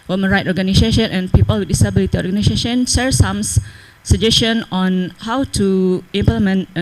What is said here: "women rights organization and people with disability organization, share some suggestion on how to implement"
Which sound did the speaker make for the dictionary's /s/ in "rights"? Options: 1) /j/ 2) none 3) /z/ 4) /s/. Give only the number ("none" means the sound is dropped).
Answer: 2